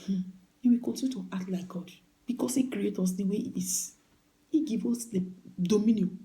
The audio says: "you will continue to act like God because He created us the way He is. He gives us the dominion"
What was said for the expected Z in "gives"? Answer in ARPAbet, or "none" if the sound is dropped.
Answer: none